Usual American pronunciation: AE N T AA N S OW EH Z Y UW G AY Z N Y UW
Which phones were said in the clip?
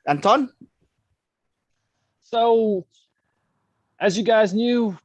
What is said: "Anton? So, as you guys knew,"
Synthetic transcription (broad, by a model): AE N T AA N S OW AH Z Y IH G AY Z N Y UW